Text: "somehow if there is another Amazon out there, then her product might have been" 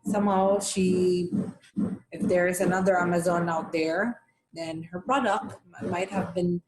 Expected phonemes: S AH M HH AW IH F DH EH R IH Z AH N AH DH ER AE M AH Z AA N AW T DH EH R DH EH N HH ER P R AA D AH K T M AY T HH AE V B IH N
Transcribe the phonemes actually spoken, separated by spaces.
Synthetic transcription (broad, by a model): S AH M HH AW IH F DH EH R IH Z AH N AH DH ER AE M AH Z AA N AW T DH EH R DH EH N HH ER P R AA D AH K T M AY T HH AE V B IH N